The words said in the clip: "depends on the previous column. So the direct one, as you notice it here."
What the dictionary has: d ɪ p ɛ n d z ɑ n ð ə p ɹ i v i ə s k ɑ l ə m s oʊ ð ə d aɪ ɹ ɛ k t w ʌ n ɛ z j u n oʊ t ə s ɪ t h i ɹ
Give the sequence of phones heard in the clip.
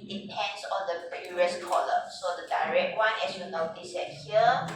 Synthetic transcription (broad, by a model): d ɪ p ɛ n d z ɑ n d ə b ɹ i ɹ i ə s k ɑ l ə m s oʊ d ə d aɪ ɹ ɛ k t w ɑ n ɛ s j u n oʊ t ə s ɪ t h i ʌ